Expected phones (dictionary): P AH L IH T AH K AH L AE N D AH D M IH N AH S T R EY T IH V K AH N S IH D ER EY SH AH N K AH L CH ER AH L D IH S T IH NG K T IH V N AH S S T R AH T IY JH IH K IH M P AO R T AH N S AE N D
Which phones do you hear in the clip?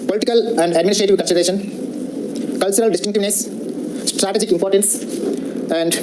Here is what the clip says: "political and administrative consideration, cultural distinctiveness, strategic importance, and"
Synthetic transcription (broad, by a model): P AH L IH T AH K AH L AE N D AH D M IH N AH S T R EY T IH V K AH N S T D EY SH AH N K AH L CH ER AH L D IH S T IH NG K T IH V N AH S S T R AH T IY JH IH K IH M P AO R T AH N S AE N D